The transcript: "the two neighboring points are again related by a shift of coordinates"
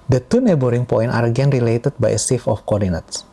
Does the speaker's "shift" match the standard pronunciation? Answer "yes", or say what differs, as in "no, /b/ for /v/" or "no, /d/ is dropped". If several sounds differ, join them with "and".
no, /s/ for /ʃ/ and /t/ is dropped